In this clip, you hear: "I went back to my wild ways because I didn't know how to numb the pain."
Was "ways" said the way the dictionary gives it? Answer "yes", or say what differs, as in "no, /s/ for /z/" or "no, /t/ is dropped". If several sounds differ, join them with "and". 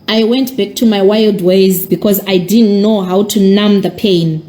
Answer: yes